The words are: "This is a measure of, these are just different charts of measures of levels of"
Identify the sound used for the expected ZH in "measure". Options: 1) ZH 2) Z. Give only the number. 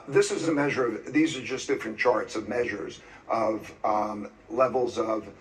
1